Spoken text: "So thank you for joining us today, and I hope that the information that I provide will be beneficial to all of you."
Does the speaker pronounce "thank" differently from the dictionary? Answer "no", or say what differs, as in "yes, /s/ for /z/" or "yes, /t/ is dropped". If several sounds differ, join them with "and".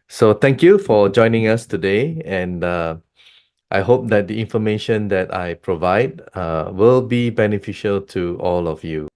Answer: yes, /t/ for /θ/